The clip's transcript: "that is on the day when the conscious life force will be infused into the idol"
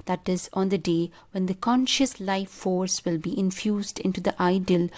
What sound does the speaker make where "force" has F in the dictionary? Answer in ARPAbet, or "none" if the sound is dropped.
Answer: F